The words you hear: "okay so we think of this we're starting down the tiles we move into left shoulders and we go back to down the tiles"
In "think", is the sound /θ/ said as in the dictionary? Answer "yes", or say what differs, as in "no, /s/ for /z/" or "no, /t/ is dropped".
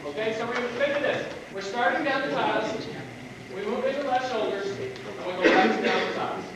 no, /f/ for /θ/